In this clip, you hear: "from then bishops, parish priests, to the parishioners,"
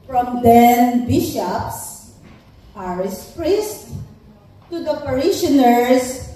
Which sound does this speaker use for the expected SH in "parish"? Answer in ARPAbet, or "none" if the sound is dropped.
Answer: S